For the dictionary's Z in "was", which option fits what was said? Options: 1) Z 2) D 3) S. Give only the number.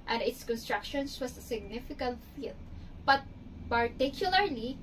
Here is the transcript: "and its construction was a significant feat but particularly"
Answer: 3